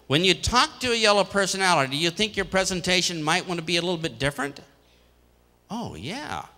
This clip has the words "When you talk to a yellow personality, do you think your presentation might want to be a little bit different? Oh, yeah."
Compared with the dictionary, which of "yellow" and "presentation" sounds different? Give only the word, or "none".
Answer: none